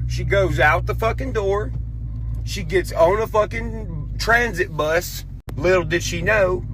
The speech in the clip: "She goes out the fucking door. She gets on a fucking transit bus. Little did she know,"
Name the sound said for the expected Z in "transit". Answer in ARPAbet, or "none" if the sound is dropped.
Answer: Z